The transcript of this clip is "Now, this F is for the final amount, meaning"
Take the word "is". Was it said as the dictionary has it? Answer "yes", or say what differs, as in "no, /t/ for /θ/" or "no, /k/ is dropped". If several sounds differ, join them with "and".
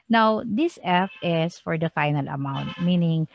no, /s/ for /z/